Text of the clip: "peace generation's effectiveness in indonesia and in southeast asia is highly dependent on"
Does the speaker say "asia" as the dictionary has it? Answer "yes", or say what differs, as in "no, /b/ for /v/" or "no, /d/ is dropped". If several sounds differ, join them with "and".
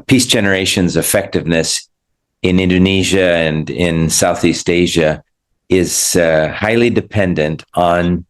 yes